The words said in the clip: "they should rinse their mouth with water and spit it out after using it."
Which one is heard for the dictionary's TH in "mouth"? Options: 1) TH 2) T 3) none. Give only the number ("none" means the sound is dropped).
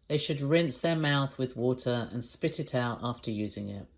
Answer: 1